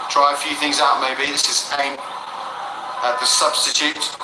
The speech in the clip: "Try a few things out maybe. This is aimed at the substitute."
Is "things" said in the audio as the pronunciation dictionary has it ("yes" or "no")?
yes